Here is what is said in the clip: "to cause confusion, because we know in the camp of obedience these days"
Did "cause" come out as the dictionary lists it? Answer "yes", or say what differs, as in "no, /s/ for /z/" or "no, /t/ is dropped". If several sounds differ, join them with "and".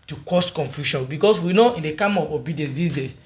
no, /s/ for /z/